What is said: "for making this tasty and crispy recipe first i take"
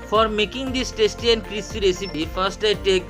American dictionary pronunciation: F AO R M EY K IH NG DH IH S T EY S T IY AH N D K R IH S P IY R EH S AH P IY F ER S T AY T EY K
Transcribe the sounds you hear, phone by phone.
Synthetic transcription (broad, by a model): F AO R M EY K IH NG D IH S T EY S T IY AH N K R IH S IY R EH S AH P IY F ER S T AY T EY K